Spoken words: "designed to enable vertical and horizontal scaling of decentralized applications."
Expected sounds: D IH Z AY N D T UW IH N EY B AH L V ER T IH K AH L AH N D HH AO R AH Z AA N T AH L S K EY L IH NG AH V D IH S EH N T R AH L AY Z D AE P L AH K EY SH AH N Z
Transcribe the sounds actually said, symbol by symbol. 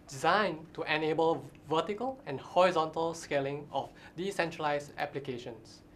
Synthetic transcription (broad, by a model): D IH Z AY N T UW IH N EY B AH L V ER T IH K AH L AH N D HH AO R AH Z AA N T AH L S K EY L IH NG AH F D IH S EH N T R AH L AY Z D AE P L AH K EY SH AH N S